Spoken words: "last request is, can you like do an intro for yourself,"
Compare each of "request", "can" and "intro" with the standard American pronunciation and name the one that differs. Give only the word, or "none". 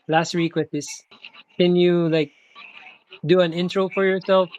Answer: request